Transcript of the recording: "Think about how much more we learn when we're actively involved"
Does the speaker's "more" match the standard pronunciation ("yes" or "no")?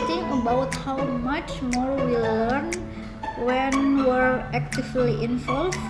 yes